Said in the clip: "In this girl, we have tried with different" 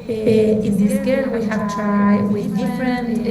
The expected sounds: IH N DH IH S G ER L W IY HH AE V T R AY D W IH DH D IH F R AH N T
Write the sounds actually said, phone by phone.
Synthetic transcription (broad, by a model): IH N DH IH G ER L W IY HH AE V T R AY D W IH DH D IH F R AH N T